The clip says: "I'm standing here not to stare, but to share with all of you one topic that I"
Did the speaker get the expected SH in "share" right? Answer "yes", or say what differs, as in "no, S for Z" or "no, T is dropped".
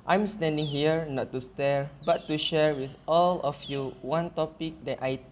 yes